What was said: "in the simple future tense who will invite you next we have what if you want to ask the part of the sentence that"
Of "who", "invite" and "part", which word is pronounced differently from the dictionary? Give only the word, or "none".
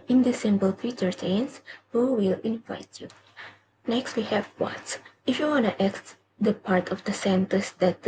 none